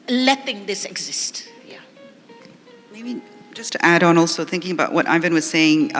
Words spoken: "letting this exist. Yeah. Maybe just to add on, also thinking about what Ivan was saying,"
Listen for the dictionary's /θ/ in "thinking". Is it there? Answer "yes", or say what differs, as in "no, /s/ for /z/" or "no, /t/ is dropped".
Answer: yes